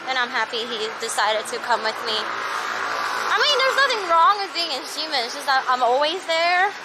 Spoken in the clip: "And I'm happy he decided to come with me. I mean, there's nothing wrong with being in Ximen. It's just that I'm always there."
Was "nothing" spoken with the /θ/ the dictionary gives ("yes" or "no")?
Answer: yes